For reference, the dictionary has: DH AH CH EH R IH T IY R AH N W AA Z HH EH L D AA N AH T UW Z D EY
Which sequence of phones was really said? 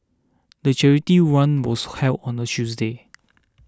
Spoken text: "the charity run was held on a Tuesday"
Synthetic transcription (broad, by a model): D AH CH EH R IH T IY W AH N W AA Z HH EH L AA N AH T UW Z D EY